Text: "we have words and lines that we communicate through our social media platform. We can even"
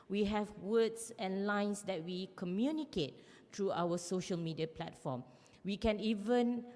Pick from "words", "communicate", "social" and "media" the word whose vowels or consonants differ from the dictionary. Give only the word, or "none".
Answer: words